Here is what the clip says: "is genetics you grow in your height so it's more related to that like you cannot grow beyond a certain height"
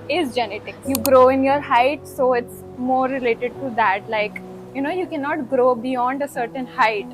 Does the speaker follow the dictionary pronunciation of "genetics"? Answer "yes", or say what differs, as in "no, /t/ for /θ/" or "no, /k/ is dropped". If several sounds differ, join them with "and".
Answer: no, /s/ is dropped